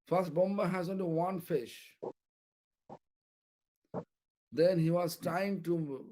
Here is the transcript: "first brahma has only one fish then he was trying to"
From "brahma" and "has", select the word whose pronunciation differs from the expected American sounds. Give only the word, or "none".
brahma